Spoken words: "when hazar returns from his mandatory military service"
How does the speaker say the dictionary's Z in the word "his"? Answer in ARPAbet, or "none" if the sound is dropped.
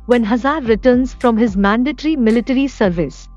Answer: Z